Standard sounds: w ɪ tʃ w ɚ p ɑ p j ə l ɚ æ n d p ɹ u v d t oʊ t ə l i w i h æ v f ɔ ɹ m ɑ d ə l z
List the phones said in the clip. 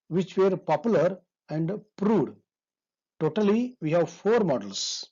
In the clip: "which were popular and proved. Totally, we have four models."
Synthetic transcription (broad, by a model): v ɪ tʃ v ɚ p ɑ p j ə l ɚ æ n d p ɹ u d t oʊ t ə l i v i h æ v f ɔ ɹ m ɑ d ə l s